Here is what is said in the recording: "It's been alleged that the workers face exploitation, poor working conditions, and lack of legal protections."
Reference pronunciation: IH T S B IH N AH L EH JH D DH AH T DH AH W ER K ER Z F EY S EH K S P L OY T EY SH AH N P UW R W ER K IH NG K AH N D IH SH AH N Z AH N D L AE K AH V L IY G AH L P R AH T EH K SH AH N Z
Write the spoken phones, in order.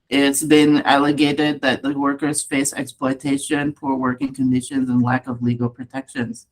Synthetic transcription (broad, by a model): IH T S B IH N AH L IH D D DH AH T DH AH W ER K ER Z F EY S EH K S P L OY T EY SH AH N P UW R W ER K IH NG K AH N D IH SH AH N Z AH N L AE K AH V L IY G L P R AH T EH K SH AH N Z